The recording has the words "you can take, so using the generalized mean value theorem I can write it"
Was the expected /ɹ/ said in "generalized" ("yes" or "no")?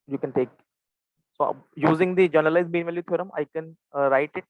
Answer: no